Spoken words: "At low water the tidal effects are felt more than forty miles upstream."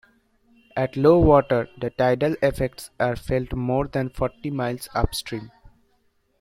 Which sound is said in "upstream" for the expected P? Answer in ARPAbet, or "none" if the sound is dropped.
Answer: P